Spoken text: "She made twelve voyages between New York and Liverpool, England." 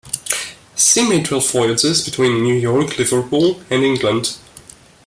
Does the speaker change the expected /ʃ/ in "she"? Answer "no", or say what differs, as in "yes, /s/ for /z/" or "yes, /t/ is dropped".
yes, /s/ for /ʃ/